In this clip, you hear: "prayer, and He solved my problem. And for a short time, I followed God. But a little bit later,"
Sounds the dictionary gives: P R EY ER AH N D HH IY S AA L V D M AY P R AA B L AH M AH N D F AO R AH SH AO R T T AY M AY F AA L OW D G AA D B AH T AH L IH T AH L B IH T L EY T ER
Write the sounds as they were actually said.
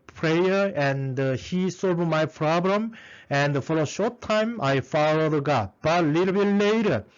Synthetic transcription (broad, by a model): P R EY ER AH N D HH IY S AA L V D M AY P R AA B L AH M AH N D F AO L AH SH AO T T AY M AY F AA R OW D G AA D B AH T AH L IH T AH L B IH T L EY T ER